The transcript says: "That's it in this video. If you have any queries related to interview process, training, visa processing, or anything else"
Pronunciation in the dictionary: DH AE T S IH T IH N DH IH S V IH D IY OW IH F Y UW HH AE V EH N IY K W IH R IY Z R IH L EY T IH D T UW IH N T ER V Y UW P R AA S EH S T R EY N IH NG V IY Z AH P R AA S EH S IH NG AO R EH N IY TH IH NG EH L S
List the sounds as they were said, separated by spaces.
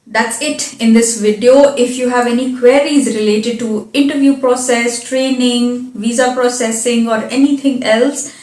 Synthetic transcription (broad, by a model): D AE T S IH T IH N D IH S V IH D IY OW IH F Y UW HH AE V EH N IY K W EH R IY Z R IH L EY T IH D T UW IH N T ER V Y UW P R AA S EH S T R EY N IH NG V IY Z AH P R AA S EH S IH NG AO R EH N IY T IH NG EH L S